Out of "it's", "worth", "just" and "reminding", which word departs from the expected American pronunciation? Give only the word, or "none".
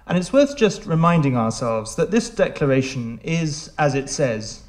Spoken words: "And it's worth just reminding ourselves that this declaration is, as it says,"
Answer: none